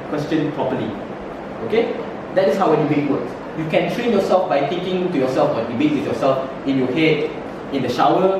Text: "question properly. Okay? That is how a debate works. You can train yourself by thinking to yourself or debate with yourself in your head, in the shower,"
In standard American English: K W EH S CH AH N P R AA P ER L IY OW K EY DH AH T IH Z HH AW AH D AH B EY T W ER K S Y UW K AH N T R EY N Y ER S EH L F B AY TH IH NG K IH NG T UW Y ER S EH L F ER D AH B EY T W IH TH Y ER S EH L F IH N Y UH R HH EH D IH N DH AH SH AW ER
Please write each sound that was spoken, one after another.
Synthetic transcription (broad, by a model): K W EH S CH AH N P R AA P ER L IY OW K EY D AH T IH S HH AW AH D AH B EY T W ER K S Y UW K AH N T R EY N Y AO S EH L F B AY T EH K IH NG T UW Y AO S EH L F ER D AH B EY T W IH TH Y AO S EH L F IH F Y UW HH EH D IH N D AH SH AW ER